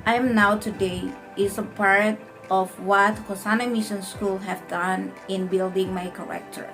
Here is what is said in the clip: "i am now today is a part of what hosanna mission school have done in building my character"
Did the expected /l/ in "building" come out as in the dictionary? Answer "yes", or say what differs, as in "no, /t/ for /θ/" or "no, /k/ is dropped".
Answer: yes